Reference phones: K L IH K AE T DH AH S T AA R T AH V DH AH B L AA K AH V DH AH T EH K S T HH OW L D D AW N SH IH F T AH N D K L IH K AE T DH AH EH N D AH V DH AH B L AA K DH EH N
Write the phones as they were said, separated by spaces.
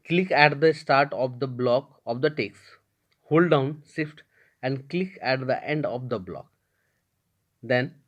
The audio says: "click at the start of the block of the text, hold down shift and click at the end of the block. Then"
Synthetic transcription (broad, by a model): K L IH K AE T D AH S T AA R T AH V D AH B L AA K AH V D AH T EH K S HH OW L D D AW N S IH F T AH N D K L IH K AE T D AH EH N D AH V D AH B L AA K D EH N